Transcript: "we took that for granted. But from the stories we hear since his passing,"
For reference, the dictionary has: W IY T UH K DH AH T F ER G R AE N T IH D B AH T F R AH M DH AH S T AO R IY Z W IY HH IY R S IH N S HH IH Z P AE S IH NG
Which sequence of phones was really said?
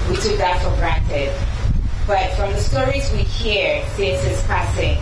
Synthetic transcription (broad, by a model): W IY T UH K DH AH T F ER G R AE N T IH D B AH T F R AH M DH AH S T AO R IY Z W IY HH IY R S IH S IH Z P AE S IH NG